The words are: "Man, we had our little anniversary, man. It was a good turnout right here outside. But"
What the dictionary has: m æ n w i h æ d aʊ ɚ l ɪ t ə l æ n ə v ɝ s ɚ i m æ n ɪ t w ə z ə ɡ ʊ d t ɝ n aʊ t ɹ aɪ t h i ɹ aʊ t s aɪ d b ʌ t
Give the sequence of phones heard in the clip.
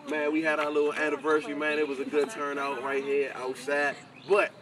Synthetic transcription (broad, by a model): m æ n w i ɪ d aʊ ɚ l ɪ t l æ n ə v ɝ s ɚ i m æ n ɪ t w ə z ə ɡ ʊ d t ɝ n aʊ t ɹ aɪ t h i ɹ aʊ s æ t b ʌ t